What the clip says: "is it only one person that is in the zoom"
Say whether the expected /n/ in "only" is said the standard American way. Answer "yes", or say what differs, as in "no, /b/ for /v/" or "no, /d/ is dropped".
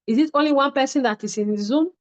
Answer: yes